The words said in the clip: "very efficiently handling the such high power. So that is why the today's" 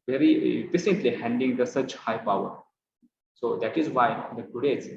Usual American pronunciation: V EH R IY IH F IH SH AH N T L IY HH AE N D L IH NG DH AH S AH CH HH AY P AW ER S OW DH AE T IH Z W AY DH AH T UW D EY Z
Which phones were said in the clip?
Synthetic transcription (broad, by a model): V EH R IY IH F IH S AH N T L IY HH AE N D IH NG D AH S AH CH HH AY P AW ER S OW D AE T IH Z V AY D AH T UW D EY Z